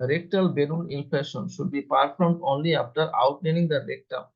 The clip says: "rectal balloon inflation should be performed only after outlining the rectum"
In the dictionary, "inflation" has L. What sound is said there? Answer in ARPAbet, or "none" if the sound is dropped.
none